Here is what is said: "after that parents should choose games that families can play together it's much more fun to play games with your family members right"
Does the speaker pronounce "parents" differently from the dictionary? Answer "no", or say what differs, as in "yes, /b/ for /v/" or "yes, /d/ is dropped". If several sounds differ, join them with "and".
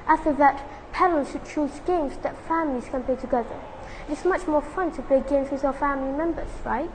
yes, /l/ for /ɹ/